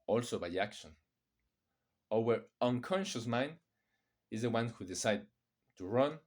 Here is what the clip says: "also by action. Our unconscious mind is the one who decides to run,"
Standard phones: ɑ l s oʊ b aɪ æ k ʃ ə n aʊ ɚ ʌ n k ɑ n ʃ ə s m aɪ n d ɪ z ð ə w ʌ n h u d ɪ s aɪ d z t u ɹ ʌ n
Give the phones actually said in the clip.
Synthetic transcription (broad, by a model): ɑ l s oʊ b aɪ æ k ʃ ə n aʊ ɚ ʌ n k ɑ n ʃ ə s m aɪ n d ɪ z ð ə w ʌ n h u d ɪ s aɪ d t u ɹ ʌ n